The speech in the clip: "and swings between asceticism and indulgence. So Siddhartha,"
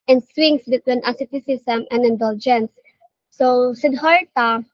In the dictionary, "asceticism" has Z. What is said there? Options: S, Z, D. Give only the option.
S